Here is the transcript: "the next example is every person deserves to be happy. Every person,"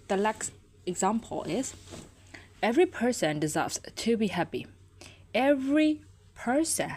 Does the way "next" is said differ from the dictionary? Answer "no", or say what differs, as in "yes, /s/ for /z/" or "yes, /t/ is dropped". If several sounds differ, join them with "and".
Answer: yes, /l/ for /n/